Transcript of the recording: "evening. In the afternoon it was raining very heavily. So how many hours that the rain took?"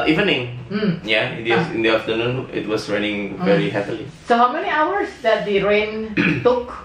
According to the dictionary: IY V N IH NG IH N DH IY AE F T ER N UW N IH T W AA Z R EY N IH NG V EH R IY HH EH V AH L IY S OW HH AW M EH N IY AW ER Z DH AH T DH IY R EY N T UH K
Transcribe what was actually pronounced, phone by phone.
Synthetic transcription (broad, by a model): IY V N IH NG IH N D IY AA F T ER N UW N IH T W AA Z R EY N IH NG V EH R IY HH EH P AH L IY S OW HH AW M EH N IY AW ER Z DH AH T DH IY R EY N T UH K